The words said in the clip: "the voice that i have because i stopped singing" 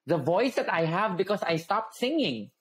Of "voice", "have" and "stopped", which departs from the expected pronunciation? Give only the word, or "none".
none